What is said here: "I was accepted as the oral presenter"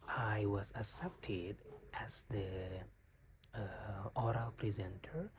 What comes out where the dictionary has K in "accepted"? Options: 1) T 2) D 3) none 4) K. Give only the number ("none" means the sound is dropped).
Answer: 3